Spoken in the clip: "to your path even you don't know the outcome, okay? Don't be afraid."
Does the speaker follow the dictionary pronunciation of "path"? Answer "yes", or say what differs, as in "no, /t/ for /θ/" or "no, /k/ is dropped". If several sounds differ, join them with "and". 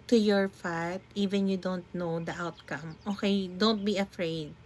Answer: no, /f/ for /p/ and /t/ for /θ/